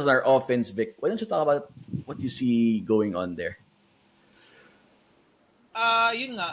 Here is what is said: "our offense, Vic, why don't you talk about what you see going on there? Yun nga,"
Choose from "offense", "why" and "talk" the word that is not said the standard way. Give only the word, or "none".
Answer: none